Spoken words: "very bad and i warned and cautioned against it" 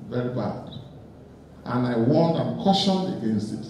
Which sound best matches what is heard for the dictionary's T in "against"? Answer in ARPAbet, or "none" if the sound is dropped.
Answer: T